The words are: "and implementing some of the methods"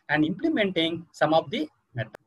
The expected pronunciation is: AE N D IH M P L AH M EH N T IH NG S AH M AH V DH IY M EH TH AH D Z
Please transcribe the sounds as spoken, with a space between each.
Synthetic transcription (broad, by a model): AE N D IH M P L AH M EH N T IH NG S AH M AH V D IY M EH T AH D